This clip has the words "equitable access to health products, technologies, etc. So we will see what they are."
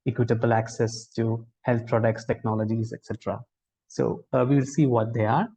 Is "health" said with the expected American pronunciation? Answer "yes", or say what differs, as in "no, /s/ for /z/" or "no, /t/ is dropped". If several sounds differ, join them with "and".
no, /t/ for /θ/